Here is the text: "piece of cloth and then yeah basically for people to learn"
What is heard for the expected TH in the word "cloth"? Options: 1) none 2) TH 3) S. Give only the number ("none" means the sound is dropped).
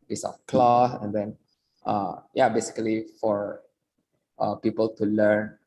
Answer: 3